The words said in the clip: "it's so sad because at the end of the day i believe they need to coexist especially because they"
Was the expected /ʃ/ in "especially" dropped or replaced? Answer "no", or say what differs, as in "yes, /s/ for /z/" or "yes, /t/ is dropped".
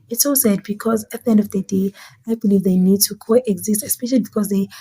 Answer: no